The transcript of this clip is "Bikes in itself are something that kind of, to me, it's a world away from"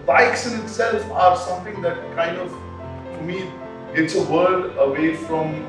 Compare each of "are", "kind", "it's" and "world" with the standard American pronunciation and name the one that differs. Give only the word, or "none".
world